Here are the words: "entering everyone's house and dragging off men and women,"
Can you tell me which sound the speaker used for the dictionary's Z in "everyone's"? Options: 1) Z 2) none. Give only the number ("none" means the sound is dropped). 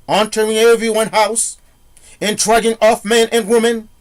2